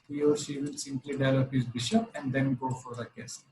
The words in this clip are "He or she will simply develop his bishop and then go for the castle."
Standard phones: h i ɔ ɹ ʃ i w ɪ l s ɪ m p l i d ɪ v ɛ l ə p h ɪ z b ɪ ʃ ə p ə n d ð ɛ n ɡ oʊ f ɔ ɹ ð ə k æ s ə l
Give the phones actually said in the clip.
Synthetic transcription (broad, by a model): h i ɔ ɹ ʃ i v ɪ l s ɪ m p l i d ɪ ɪ l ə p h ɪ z b ɪ ʃ ə p ə n d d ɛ n ɡ oʊ f ɔ ɹ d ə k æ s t